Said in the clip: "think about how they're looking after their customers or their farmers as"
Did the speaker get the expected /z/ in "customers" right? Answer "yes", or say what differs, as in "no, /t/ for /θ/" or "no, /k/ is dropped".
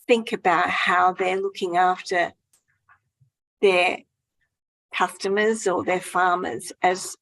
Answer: yes